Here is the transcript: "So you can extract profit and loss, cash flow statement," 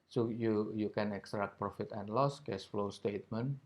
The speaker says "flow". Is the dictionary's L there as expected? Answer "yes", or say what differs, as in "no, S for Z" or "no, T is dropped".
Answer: yes